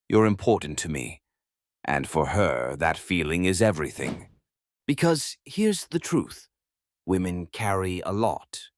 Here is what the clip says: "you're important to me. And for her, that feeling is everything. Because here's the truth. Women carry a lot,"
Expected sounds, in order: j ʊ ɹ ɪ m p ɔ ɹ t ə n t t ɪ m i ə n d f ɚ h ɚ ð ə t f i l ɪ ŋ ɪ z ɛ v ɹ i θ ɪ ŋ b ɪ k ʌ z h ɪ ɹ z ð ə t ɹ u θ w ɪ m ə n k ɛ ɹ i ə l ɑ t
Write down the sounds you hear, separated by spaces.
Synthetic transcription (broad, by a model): j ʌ ɹ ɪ m p ɔ ɹ t n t t ɪ m i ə n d f ɚ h ɚ ð ə t f i l ɪ ŋ ɪ z ɛ v ɹ i θ ɪ ŋ b ɪ k ʌ z h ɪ ɹ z ð ə t ɹ u θ w ɪ m ə n k ɛ ɹ i ə l ɑ t